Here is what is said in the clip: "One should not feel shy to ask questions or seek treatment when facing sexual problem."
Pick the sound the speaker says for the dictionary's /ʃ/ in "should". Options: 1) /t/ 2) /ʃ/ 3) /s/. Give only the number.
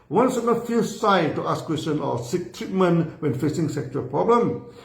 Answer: 3